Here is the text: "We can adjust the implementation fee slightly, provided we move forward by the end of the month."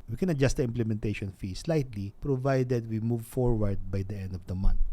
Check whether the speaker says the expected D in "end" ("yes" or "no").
yes